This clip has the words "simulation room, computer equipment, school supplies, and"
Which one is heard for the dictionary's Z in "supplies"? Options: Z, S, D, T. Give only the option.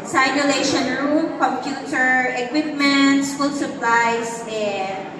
S